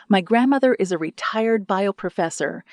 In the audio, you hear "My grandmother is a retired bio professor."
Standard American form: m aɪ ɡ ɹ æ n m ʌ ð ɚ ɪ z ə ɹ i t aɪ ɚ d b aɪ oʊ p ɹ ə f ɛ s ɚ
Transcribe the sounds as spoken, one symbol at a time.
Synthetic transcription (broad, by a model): m aɪ ɡ ɹ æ n m ʌ ð ɚ ɪ z ə ɹ i t aɪ ɚ d b aɪ oʊ p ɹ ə f ɛ s ɚ